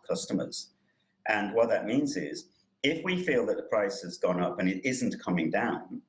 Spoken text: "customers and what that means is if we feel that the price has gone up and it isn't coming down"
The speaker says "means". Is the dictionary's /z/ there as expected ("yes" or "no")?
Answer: yes